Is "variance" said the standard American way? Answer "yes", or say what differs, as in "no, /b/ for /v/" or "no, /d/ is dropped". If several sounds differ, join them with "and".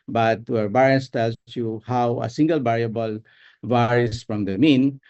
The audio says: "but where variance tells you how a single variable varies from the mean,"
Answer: no, /b/ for /v/